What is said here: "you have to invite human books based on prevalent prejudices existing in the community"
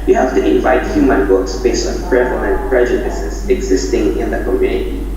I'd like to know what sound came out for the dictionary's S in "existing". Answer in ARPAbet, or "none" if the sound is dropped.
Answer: S